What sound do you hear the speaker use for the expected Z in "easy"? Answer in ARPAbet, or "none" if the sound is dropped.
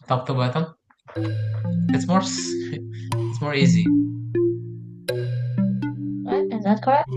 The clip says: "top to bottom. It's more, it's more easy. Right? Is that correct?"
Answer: Z